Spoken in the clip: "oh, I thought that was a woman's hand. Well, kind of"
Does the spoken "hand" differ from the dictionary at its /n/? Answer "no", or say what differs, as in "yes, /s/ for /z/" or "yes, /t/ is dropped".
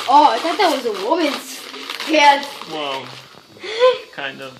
yes, /n/ is dropped